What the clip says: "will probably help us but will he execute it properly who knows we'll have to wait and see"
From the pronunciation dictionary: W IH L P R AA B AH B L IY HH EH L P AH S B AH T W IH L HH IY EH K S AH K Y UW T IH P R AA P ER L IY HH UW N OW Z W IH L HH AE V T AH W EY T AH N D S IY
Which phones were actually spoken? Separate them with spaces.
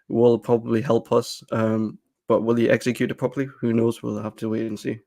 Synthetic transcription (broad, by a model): W IH L P R AA B AH B L IY HH EH L P AH S B AH T W IH L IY EH K S AH K Y UW T IH P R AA P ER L IY HH UW N OW Z W IH L HH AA F T AH W EY T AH N S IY